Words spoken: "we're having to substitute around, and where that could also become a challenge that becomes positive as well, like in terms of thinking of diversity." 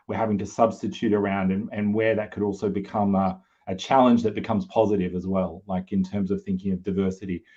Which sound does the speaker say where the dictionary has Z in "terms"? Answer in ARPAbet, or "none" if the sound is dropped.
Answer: Z